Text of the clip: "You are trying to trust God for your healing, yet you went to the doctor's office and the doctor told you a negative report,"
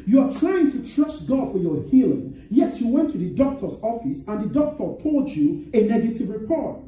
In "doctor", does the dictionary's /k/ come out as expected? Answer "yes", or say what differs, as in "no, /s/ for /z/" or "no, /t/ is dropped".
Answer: yes